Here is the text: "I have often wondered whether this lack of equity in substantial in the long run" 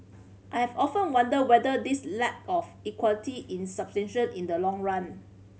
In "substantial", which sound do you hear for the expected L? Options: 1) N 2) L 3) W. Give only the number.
1